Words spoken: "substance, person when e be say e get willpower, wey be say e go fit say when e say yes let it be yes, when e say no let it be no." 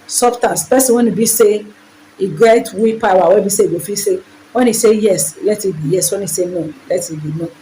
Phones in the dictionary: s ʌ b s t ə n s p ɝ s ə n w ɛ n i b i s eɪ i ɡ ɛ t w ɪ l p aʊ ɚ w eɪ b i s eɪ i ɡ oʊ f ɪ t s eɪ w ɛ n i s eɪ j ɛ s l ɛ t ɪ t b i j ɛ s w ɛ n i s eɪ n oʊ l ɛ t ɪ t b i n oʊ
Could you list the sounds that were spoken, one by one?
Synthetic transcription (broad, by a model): s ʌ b s t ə n s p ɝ s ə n w ɛ n i b i s eɪ i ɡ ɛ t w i p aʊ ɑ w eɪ b i s eɪ i ɡ oʊ f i s eɪ w ɛ n i s eɪ j ɛ s l ɛ t ɪ t b i j ɛ s w ɛ n i s eɪ n oʊ l ɛ t ɪ t b i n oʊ